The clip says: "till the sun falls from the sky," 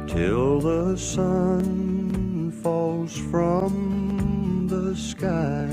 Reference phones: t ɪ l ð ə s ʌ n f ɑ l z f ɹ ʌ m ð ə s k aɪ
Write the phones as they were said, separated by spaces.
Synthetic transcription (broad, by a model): t ɪ l ð ə s ʌ n f ɑ l z f ɹ ʌ m ð ə s k aɪ